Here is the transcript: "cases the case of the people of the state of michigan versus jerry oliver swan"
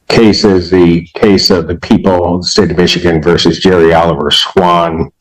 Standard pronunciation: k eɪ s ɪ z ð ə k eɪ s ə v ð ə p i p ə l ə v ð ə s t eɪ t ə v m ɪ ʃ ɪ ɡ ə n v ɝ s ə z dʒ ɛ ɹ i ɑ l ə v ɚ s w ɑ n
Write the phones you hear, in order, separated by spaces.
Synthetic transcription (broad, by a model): k eɪ s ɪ z ð ə k eɪ s ə v ð ə p i p l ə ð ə s t eɪ t ə v m ɪ ʃ ɪ ɡ ə n v ɝ s ə z dʒ ɛ ɹ i ɑ l ə v ɚ s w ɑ n